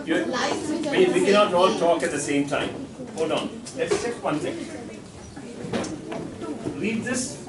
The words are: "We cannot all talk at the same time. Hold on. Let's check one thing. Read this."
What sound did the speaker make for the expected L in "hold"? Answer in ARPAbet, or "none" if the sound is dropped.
none